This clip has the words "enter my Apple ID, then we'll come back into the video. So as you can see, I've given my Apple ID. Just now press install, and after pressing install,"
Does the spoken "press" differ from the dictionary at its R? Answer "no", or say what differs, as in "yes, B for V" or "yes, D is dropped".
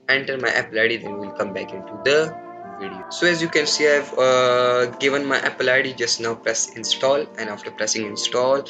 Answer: no